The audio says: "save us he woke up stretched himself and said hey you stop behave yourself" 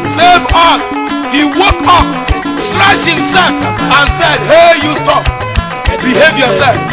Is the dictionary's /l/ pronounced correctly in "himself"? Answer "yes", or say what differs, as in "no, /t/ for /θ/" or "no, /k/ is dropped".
no, /l/ is dropped